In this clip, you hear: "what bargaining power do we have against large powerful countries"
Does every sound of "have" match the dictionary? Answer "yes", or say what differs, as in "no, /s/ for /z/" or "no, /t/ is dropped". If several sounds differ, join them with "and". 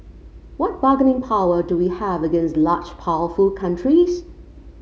yes